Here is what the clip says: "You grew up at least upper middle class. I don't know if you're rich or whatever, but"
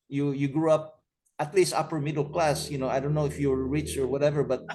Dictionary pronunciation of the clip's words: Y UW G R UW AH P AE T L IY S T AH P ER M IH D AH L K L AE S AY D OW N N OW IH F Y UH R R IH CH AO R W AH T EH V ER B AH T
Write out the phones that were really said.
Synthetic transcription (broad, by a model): Y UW G R UW AH P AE T L IY S T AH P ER M IH D AH L K L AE S AY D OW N N OW IH F Y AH R R IH CH AO R W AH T EH V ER B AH T